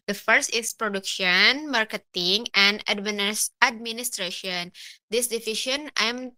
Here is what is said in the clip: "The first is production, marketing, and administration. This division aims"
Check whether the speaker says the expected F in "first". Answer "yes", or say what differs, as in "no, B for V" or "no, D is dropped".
yes